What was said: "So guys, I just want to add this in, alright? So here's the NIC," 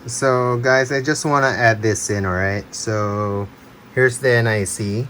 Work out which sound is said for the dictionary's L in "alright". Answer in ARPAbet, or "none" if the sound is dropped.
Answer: none